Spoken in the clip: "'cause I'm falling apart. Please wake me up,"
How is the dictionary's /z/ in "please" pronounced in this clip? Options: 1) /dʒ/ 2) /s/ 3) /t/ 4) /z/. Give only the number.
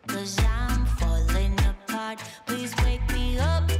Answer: 4